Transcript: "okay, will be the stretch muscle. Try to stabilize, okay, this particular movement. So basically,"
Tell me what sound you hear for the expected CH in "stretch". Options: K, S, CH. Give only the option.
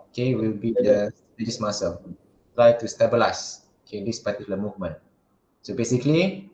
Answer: S